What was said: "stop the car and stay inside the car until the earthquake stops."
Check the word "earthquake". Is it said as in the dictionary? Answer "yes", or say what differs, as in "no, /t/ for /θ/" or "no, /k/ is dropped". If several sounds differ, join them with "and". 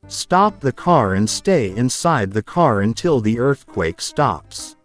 yes